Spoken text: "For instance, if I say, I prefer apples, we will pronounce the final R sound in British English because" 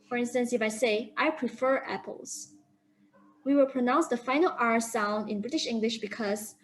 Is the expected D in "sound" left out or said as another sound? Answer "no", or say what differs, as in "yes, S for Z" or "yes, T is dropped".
no